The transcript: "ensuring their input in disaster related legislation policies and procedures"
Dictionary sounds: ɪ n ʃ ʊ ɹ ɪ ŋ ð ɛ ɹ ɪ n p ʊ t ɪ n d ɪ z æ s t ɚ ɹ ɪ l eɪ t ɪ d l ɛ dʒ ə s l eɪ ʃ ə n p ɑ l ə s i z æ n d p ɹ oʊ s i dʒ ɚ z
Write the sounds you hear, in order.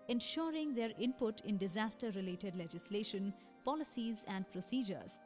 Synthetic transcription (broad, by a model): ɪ n ʃ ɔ ɹ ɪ ŋ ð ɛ ɹ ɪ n p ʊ t ɪ n d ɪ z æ s t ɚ ɹ ɪ l eɪ t ɪ d l ɛ dʒ ə s l eɪ ʃ ə n p ɑ l ə s i z æ n d p ɹ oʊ s i dʒ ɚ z